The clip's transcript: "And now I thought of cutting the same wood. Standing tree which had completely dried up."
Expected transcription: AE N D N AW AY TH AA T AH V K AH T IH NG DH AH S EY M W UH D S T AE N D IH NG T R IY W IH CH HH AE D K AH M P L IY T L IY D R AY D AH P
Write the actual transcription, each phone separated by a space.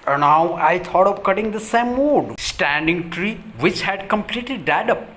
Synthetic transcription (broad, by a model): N N AW AY T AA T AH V K AH T IH NG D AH S EY M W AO D S T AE N D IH NG T R IY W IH CH HH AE D K AH M P L IY T L IY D AY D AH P